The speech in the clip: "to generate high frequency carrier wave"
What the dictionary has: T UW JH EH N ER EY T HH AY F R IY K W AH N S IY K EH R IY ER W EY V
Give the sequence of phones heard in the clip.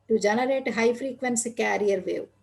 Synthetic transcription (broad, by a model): T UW JH EH N ER EY T HH AY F R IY K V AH N S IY K EH R IY ER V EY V